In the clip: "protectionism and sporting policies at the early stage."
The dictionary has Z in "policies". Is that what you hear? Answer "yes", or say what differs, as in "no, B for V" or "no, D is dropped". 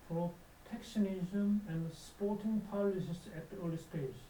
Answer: no, S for Z